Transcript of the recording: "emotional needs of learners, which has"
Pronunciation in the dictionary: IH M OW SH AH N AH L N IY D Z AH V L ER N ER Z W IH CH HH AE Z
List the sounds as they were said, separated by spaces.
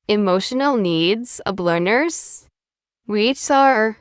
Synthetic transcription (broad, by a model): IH M OW SH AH N L N IY D Z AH B L ER N ER Z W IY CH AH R